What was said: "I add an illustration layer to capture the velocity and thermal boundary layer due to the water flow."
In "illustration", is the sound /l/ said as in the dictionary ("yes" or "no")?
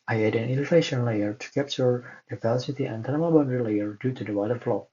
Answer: no